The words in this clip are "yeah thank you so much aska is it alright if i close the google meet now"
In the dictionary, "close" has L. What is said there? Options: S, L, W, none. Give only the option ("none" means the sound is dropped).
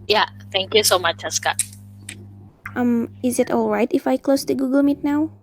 L